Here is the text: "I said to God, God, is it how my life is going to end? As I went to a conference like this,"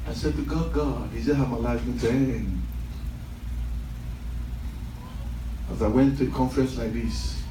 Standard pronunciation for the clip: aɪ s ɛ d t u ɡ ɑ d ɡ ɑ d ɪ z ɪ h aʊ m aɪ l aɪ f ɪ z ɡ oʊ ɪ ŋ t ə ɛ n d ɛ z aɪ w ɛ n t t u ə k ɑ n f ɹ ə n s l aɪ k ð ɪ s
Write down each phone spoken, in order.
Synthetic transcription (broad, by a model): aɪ s ɛ d t u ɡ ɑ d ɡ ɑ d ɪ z ɪ h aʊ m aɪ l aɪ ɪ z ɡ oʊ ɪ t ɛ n ɛ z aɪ w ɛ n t t u ə k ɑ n f ɹ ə n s l aɪ k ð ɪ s